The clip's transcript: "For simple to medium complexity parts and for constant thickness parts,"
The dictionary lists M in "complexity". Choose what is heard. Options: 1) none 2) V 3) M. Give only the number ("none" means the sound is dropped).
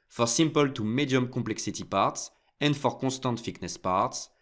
1